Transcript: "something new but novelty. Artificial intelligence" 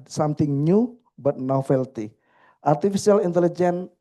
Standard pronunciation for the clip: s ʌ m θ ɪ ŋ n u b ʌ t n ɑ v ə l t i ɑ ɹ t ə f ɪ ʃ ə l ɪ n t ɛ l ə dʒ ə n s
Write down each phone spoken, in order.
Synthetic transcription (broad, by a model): s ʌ m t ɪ ŋ n u b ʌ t n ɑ f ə l t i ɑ ɹ t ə f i s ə l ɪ n t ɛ l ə dʒ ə n